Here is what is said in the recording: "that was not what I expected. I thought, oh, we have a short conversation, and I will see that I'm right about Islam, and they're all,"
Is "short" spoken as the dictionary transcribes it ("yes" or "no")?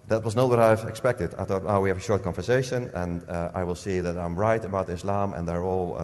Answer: yes